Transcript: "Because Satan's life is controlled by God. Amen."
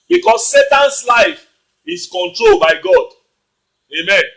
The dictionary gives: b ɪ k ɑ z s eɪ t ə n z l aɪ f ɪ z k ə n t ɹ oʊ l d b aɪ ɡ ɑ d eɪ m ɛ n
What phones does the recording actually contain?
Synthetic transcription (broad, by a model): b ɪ k ɑ s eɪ t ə n s l aɪ f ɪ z k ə n t ɹ oʊ l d b aɪ ɡ ɑ d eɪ m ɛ n